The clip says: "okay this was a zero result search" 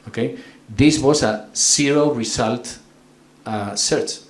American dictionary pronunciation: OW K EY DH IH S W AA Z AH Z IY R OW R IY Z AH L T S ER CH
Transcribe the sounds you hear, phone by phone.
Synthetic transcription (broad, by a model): OW K EY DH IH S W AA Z AH S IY R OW R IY S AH L T S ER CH